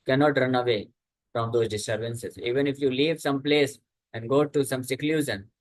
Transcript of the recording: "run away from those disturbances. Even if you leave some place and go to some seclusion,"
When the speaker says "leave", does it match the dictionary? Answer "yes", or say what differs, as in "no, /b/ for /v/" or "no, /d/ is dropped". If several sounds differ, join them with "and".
yes